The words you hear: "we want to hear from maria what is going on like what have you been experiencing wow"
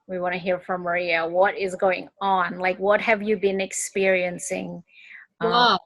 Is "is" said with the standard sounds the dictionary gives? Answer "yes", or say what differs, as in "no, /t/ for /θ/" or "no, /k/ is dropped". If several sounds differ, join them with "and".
yes